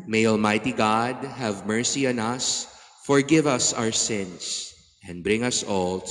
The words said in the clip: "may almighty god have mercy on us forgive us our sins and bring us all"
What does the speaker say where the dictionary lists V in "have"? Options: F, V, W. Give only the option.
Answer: V